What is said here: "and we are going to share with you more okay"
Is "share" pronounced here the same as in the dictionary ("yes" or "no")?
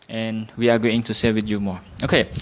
no